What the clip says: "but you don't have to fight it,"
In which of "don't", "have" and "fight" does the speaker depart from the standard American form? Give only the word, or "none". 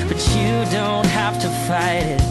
have